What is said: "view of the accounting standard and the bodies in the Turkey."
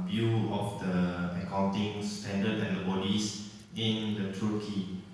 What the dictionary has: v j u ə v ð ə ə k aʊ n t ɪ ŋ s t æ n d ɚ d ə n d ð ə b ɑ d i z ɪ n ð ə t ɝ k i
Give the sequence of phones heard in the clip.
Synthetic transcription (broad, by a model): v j u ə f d ə ə k aʊ n t ɪ ŋ s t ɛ n d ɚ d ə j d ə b ɑ d i s ɪ n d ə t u k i